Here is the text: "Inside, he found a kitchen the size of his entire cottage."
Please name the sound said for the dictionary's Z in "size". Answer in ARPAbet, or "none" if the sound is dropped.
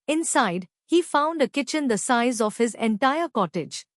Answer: Z